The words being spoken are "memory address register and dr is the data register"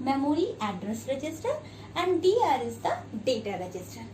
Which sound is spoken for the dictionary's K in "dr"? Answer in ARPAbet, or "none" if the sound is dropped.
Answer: none